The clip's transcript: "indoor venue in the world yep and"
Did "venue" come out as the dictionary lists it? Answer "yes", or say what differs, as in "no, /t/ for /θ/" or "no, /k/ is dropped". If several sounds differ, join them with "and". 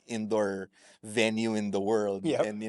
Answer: yes